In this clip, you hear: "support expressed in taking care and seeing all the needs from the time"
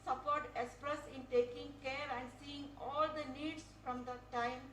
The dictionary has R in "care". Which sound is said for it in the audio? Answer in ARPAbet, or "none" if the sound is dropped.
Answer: R